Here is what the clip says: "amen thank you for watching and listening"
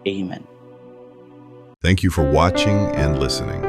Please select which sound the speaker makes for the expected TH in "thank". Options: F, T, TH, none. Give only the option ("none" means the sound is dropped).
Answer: TH